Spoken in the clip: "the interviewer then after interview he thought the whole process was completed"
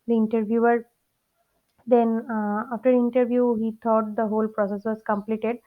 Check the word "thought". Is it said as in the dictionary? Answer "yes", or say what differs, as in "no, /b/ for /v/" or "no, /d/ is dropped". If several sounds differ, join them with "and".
no, /t/ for /θ/